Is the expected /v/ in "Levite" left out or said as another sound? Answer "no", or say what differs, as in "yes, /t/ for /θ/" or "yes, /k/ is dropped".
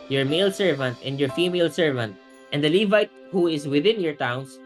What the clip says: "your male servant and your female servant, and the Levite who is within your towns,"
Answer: no